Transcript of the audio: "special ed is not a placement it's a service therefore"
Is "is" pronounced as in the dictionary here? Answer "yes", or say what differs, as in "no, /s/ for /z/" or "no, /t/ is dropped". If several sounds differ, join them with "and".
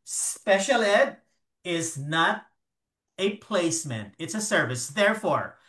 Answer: yes